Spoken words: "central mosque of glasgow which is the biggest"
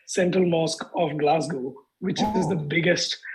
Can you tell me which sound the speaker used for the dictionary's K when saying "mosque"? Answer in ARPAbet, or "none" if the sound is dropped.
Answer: K